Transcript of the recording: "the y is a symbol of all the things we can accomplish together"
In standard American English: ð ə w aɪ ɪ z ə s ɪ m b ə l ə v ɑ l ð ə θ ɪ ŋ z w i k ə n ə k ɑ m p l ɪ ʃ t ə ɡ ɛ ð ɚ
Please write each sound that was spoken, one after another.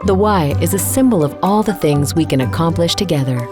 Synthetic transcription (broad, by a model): ð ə w aɪ ɪ z ə s ɪ m b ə l ə v ɑ l ð ə θ ɪ ŋ z w i k ə n ə k ɑ m p l ɪ ʃ t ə ɡ ɛ ð ɚ